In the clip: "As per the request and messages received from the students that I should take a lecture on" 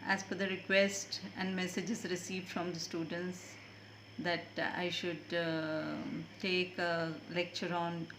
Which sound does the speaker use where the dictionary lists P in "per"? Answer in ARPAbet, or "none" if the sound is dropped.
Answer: F